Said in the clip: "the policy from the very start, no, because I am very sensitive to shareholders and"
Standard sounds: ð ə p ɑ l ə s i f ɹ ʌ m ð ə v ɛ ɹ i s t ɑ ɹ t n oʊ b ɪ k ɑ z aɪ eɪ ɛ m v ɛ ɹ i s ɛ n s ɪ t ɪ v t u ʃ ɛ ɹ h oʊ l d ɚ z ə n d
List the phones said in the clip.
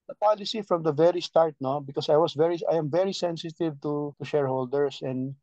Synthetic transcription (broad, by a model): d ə p ɑ l ə s i f ɹ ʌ m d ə v ɛ ɹ i s t ɑ ɹ t n oʊ b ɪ k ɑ s aɪ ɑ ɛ m v ɛ ɹ i s ɛ n s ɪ t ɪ v t u ʃ ɛ ɹ h oʊ l d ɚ s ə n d